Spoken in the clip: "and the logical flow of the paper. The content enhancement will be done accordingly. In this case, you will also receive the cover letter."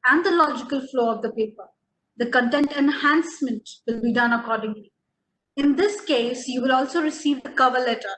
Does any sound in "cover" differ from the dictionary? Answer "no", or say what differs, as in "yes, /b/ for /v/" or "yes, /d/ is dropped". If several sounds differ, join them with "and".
no